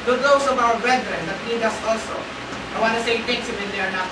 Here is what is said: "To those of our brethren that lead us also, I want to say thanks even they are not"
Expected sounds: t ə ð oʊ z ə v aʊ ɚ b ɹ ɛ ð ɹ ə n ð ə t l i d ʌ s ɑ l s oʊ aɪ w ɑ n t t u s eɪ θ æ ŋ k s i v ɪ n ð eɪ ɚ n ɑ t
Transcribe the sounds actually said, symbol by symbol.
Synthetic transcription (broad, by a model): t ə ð oʊ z ə v aʊ ɚ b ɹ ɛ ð ɹ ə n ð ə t n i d ʌ s ɑ l s oʊ aɪ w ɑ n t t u s eɪ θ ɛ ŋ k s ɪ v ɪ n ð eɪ ɚ n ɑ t